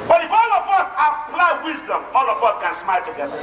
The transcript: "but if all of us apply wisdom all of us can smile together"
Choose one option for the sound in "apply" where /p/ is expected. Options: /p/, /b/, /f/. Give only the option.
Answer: /b/